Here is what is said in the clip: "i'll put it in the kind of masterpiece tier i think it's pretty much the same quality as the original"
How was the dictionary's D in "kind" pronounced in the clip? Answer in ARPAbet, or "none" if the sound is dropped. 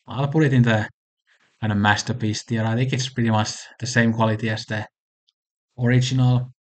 none